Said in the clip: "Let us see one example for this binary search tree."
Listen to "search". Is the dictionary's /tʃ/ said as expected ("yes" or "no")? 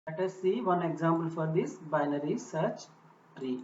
yes